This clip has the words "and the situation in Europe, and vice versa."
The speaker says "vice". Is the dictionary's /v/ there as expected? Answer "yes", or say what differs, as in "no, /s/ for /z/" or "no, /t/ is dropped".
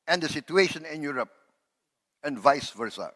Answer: yes